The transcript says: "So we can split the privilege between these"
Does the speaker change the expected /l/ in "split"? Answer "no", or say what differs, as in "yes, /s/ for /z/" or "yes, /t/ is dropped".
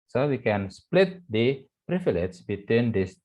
no